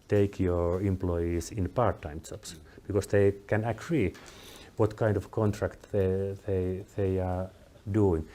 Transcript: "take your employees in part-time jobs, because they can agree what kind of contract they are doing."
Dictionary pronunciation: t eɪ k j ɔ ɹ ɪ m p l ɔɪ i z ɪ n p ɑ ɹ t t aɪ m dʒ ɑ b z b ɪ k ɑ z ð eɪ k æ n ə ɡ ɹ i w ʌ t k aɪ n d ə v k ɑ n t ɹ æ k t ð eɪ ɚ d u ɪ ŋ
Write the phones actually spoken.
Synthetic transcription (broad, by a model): t eɪ k j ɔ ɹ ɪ m p l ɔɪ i s ɪ n p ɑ ɹ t t aɪ m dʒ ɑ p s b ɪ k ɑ s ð eɪ k æ n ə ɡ ɹ i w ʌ t k aɪ n d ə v k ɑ n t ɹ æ k t ð eɪ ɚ d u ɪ ŋ